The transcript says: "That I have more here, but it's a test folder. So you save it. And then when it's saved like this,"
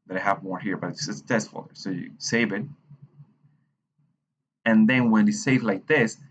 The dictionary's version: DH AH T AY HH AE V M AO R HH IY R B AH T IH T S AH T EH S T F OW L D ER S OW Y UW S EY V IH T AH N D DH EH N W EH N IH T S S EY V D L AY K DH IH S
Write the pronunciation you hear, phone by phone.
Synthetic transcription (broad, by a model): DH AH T AY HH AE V M AO R HH IY R B AH T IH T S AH T EH S T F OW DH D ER S OW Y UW S EY V IH T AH N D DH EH N W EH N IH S S EY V L AY K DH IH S